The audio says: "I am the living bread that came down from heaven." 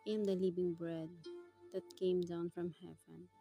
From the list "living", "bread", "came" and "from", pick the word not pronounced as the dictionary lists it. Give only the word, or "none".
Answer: living